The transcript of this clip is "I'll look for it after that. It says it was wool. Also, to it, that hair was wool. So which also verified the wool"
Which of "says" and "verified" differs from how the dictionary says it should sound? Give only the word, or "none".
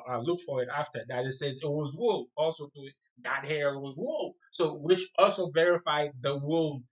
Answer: none